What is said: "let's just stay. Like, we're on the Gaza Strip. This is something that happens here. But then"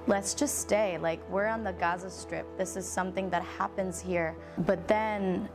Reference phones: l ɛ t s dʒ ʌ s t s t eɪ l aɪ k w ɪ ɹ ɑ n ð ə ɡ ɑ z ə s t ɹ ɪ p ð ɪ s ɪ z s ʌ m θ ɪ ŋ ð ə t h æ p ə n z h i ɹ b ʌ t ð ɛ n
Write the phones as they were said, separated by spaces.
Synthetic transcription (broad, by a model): l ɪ t s dʒ ʌ s t s t eɪ l aɪ k w ɪ ɹ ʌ n ð ə ɡ ɑ z ə s t ɹ ɪ p ð ɪ s ɪ z s ʌ m θ ɪ ŋ ð ə t h æ p ə n z h i ɹ b ʌ t ð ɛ n